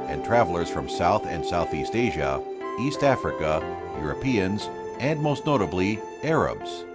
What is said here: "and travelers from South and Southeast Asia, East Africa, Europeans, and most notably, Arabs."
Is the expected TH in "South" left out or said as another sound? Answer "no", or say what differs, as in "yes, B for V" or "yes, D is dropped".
no